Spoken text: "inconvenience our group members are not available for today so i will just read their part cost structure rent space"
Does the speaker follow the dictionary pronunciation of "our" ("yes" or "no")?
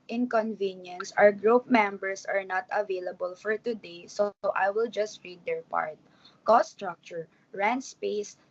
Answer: no